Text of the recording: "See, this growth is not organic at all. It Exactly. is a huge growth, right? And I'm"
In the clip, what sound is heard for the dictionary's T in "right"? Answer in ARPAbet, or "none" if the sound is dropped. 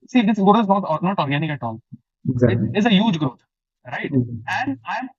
T